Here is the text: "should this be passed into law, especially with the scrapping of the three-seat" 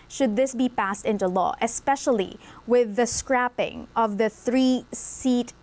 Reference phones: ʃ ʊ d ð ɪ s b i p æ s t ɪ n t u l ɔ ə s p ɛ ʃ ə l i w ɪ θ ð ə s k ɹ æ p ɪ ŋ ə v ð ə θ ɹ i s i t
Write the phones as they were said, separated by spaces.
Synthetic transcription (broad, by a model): ʃ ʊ d ð ɪ s b i p æ s t ɪ n t u l ɔ ə s p ɛ ʃ ə l i w ɪ ð ə s k ɹ æ p ɪ ŋ ə v ð ə θ ɹ i s i t